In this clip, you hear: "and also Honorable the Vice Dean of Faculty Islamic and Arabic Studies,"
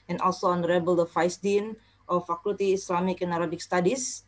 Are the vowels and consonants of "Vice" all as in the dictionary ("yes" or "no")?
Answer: no